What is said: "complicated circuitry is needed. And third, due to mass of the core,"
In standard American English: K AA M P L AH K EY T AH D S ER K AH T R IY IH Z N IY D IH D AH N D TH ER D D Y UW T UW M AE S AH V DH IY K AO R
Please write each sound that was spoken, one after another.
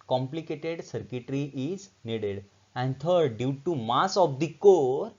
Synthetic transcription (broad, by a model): K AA M P L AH K EY T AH D S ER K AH T R IY IH Z N IY D IH D AH N D T ER D D Y UW T UW M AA S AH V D IY K AO R